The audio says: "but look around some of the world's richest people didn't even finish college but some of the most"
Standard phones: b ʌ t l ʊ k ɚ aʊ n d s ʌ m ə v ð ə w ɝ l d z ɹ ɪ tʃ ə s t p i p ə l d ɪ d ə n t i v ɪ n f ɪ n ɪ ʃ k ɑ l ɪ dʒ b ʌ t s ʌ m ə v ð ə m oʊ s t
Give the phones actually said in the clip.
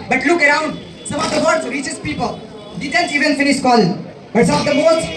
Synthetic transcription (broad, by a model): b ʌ t l ʊ k ɚ aʊ n d s ʌ m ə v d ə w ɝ d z ɹ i tʃ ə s p i p ə l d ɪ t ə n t i v ɪ n f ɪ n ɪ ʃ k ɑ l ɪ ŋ b ʌ t s ʌ m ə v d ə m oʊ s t